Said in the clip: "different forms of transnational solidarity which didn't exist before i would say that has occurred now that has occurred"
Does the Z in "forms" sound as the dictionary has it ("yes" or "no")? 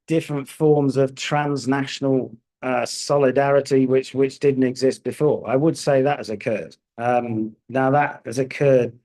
yes